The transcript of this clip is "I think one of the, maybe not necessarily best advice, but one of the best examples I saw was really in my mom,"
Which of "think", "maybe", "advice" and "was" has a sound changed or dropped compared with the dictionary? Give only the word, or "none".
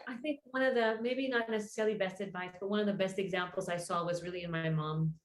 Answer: none